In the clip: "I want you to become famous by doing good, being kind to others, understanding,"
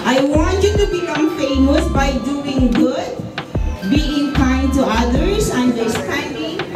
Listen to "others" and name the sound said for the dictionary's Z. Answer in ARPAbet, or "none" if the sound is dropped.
S